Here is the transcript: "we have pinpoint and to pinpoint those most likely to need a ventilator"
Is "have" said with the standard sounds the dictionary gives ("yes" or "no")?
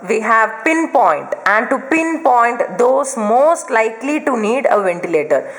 yes